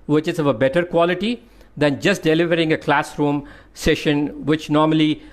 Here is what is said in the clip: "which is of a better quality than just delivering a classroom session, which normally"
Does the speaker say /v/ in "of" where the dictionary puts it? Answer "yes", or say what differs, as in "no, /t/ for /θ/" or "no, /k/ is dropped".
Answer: yes